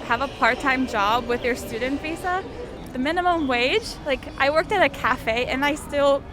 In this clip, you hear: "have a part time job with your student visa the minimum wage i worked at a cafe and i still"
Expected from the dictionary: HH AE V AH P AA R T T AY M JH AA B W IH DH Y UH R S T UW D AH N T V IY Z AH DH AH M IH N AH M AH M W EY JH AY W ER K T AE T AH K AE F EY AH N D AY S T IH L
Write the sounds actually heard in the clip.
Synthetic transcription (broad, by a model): HH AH V AH P AA R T T AY M JH AA B W IH DH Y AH R S T UW D N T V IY S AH DH AH M IH N AH M AH M W EY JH AY W ER K T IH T AH K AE F EY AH N AY S T IH L